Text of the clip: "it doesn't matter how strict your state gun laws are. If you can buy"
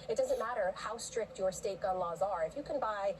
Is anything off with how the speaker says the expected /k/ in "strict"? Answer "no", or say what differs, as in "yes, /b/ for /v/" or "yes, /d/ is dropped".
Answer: no